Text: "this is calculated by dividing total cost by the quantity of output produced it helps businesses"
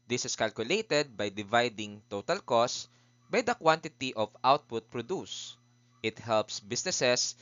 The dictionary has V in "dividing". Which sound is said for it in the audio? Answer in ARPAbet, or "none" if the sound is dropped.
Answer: V